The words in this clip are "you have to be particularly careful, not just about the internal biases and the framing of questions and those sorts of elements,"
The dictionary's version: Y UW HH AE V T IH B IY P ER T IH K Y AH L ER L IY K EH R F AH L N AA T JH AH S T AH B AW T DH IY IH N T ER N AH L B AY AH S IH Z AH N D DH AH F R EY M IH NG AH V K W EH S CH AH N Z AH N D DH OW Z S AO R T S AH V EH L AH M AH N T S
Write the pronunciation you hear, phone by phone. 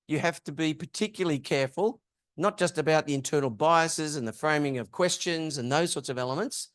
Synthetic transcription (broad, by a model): Y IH HH AE F T IH B IY P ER T IH K Y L L IY K EH R F AH L N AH T JH AH S T AH B AW T DH IY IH N T ER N L B AY AH S IH Z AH N DH AH F R EY M IH NG AH V K W EH S CH AH N Z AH N DH OW Z S AO R T S AH V EH L AH M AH N T S